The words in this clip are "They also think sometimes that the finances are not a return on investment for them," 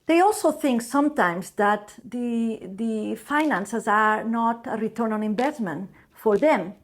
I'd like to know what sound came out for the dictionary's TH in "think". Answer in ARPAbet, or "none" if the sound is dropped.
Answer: TH